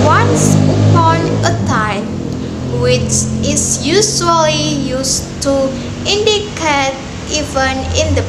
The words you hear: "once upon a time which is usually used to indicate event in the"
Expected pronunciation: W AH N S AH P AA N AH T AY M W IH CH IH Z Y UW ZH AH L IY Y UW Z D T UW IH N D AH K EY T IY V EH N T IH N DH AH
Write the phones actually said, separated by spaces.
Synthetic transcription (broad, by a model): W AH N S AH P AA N AH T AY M W IH CH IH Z Y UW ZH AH L IY Y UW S T UW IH N D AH K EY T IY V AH N IH N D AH